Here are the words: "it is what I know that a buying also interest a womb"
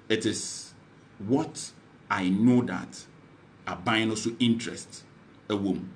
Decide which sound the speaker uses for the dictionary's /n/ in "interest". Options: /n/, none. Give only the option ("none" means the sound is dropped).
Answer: /n/